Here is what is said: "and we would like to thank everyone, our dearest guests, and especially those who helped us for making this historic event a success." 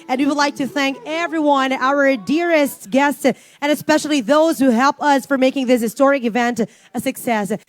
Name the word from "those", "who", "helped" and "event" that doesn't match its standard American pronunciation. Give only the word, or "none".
helped